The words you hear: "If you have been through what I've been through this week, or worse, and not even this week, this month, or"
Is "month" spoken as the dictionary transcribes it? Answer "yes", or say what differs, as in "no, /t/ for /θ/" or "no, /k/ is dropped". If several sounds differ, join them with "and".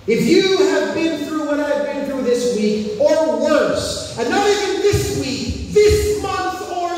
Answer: yes